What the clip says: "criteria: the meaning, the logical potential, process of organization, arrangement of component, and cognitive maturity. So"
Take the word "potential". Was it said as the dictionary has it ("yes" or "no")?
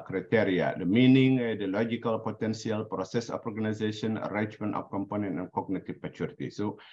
no